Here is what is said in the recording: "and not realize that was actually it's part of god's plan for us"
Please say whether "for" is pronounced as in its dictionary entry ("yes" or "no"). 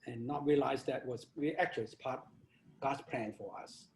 yes